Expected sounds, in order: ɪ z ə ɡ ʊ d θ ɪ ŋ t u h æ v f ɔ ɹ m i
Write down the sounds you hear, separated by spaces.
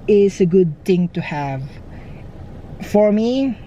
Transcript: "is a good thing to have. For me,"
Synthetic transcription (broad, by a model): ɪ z ə ɡ ʊ d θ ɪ ŋ t u h æ v f ɔ ɹ m i